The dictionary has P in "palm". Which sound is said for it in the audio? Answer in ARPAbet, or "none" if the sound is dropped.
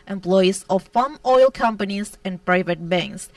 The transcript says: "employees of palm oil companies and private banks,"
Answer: F